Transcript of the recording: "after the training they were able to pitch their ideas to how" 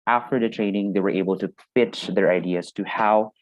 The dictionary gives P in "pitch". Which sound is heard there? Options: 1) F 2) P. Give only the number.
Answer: 1